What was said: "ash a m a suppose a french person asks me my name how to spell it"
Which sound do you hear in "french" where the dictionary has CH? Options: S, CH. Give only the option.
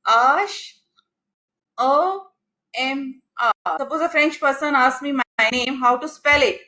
CH